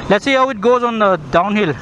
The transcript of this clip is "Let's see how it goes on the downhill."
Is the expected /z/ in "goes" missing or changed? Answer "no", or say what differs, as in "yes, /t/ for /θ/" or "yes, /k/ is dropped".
no